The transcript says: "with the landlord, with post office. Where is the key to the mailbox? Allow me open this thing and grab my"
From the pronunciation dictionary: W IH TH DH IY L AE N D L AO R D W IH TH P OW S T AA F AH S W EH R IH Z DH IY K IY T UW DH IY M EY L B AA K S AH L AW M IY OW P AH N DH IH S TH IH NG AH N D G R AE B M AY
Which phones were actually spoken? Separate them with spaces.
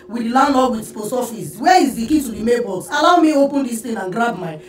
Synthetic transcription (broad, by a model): W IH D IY L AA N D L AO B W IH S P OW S AA F AH S W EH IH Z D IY K IY T UW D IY M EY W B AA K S AH L AW M IY OW P AH N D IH S T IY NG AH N G R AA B M AY